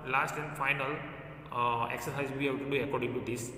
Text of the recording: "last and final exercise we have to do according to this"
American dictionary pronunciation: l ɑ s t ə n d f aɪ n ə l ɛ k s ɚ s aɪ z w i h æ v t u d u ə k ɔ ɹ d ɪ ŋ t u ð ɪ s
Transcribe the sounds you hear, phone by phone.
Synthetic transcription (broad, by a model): l ɑ s t ə n d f aɪ n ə l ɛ k s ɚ s aɪ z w i h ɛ b t u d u ə k ɔ ɹ d ɪ ŋ t u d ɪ s